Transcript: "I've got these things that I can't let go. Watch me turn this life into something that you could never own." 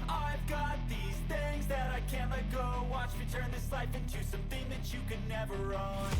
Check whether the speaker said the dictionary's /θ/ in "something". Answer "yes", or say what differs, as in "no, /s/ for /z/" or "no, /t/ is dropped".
yes